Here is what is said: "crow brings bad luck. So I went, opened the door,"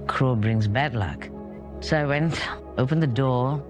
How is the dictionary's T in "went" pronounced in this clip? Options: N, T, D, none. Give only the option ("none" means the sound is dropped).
T